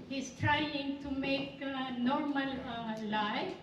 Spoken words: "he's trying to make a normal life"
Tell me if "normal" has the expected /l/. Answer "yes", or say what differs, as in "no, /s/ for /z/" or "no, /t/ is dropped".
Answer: yes